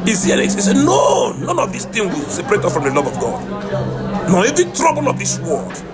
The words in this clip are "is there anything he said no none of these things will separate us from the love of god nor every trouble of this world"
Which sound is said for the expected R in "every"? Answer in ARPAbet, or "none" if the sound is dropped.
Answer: none